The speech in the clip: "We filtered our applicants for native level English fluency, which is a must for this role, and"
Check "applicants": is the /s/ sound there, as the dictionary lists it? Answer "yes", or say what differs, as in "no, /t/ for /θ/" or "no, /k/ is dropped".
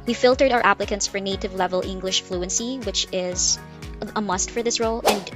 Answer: yes